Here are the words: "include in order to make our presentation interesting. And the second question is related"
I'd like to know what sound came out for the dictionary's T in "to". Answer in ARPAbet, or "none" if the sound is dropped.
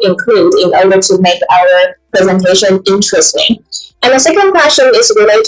T